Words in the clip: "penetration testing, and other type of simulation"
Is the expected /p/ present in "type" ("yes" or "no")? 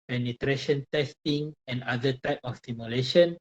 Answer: yes